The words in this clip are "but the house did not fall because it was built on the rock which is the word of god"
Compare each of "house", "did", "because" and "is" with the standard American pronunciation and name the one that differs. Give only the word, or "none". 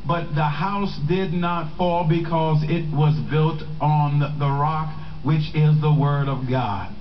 none